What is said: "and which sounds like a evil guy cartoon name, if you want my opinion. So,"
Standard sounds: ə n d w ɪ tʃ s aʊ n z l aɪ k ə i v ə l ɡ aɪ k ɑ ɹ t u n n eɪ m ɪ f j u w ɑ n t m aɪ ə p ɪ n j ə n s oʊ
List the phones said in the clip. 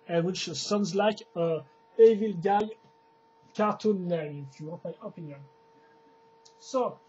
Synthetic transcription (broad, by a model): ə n w ɪ tʃ s aʊ n z l aɪ k ə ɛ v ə l ɡ aɪ k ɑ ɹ t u n l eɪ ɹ ɪ f j u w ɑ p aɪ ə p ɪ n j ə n s oʊ